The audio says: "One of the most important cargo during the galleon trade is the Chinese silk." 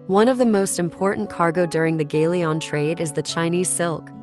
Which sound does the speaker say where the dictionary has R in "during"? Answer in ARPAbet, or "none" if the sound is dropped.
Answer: R